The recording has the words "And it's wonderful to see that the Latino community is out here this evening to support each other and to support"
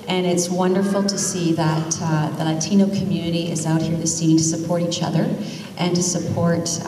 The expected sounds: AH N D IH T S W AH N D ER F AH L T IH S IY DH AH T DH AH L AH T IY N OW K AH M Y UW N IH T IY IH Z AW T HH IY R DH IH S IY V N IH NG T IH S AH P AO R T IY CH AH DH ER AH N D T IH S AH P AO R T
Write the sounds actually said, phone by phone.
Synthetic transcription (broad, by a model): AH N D IH T S W AH N D ER F L T IH S IY DH AH T DH AH L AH T IY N OW K AH M Y UW N IH T IY IH Z AW T HH IY R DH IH S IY N T IH S AH P AO R T IY CH AH DH ER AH N T IH S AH P AO R T